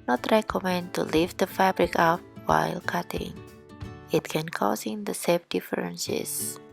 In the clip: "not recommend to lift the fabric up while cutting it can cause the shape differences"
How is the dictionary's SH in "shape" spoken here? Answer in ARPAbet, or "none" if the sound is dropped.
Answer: S